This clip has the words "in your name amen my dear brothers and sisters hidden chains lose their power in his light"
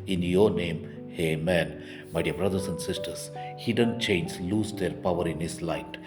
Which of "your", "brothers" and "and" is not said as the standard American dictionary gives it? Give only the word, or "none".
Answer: brothers